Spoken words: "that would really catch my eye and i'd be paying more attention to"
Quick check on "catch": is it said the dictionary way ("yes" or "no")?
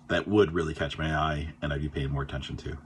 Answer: yes